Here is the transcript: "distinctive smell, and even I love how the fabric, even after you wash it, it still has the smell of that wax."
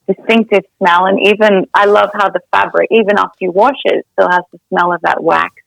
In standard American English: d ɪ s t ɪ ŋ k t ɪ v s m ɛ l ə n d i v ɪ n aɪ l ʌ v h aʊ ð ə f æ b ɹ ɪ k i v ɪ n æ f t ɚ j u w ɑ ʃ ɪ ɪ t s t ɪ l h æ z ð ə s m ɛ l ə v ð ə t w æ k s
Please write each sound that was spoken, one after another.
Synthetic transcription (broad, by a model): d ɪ s t ɪ ŋ k t ɪ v s m ɛ l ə n i v ɪ n aɪ l ʌ v h aʊ ð ə f æ b ɹ ɪ k i v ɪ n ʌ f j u w ɑ ʃ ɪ ɪ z s t ɪ l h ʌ z ð ə s m ɛ l ə v ð ə t w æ k